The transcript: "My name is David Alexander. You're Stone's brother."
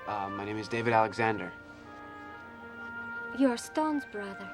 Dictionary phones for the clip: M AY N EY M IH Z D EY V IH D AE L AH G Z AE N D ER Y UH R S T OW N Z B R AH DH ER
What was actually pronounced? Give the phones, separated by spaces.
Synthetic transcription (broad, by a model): M AY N EY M IH Z D EY V IH D AE L AH G Z AE N D ER Y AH R S T OW N Z B R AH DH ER